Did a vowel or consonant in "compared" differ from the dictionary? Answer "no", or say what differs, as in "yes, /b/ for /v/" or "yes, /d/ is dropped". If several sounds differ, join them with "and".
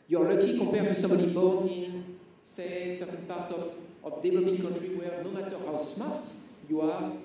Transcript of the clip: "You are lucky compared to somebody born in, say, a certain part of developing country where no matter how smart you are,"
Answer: yes, /m/ is dropped